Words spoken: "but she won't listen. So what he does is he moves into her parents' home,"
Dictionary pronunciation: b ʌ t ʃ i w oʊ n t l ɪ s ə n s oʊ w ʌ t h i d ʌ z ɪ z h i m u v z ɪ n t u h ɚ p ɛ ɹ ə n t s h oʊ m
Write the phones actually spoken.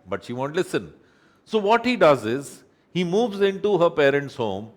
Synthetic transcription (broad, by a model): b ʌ t ʃ i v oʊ n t l ɪ s ə n s oʊ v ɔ t h i d ʌ z ɪ z h i m u v z ɪ n t u h ɚ p ɛ ɹ ə n t s h oʊ m